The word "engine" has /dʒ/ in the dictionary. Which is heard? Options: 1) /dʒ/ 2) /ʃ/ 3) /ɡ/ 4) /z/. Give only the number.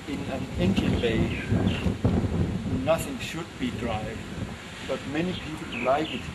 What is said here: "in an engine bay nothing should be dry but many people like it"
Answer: 2